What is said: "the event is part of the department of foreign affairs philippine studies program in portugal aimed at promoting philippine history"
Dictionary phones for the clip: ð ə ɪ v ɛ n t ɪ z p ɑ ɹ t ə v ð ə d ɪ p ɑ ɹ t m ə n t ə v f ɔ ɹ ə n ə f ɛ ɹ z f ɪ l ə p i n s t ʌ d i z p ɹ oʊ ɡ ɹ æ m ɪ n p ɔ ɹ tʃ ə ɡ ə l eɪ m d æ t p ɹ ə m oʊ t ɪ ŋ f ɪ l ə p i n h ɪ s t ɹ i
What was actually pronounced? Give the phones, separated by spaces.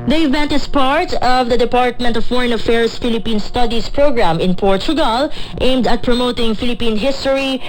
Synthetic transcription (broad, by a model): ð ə ɪ v ɛ n t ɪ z p ɑ ɹ t ə v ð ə d ɪ p ɑ ɹ t m ə n t ə v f ɔ ɹ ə n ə f ɛ ɹ s f ɪ l ə p i n s t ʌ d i s p ɹ oʊ ɡ ɹ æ m ɪ n p ɔ ɹ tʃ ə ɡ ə l eɪ m d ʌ t p ɹ ə m oʊ t ɪ ŋ f ɪ l ə p i n h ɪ s t ɹ i